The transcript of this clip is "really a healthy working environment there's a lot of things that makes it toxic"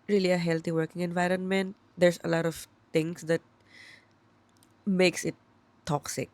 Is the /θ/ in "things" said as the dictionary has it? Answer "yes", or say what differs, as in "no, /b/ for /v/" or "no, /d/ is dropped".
no, /t/ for /θ/